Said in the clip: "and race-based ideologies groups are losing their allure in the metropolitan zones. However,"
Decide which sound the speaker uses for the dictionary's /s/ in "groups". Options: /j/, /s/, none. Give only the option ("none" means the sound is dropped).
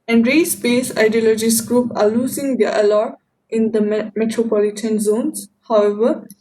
none